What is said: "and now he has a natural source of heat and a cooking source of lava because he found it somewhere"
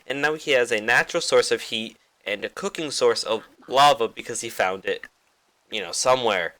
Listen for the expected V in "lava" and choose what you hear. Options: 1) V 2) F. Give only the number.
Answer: 1